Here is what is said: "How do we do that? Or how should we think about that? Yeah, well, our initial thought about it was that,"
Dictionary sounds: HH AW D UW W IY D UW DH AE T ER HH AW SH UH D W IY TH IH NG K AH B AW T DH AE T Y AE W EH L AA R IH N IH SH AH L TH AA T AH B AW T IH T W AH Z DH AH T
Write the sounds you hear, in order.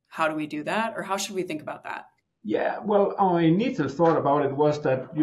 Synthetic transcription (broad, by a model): HH AW D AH W IY D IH DH AE T ER HH AW SH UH D W IY TH IH NG K AH B AW T DH AE T Y AE W EH L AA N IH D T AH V TH AA T AH B AW T IH T W AH Z DH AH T